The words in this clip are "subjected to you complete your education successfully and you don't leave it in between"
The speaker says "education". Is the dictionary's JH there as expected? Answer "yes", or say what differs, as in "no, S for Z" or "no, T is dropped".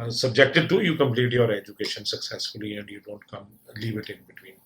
yes